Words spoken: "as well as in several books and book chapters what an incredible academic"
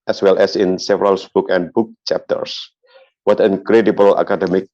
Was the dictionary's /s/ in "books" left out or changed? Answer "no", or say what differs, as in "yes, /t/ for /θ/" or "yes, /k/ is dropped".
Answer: yes, /s/ is dropped